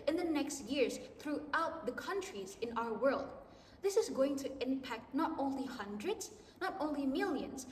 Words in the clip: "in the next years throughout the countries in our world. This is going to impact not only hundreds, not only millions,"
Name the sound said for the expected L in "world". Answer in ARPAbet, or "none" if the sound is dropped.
L